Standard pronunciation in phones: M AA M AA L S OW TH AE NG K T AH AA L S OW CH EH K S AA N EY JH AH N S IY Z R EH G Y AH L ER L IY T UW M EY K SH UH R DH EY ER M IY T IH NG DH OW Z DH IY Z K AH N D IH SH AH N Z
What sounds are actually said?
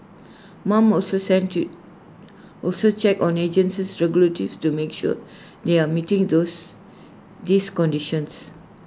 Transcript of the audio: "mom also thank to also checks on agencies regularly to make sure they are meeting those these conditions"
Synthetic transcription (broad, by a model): M AA M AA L S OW S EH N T AA L S OW CH EH K AA N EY JH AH N S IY S R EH G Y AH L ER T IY T UW M EY K SH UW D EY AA M IY T IH NG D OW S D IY S K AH N D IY SH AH N S